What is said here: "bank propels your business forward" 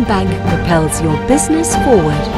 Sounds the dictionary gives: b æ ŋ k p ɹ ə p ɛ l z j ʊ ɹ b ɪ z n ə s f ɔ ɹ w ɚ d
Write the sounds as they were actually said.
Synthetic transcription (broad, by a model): b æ ŋ k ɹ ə p ɛ l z j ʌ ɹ b ɪ z n ə s f ɔ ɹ w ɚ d